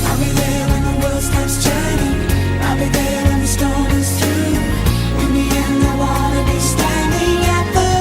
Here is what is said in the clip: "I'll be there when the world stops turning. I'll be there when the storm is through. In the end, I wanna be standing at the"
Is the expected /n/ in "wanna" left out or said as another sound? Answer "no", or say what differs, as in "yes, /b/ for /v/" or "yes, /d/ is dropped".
yes, /l/ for /n/